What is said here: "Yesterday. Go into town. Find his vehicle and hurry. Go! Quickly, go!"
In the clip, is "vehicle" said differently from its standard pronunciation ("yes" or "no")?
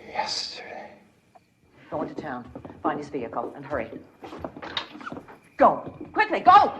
no